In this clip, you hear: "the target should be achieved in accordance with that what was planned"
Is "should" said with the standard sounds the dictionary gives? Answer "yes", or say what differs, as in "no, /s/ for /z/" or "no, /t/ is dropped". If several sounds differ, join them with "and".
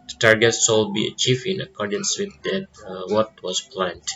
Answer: no, /s/ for /ʃ/